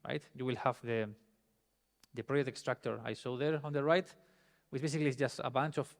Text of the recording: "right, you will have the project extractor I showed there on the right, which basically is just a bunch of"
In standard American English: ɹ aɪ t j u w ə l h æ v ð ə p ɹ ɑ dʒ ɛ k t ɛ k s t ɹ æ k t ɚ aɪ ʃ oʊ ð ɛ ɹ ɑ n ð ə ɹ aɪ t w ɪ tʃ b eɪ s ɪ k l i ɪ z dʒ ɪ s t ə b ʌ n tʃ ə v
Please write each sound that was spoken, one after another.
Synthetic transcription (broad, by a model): ɹ aɪ t j u w ə l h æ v ð ə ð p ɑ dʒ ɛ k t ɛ k s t ɹ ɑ k t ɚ aɪ s oʊ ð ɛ ɹ ɑ n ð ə ɹ aɪ t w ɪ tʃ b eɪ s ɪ k l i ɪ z dʒ ɪ s t ə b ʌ n tʃ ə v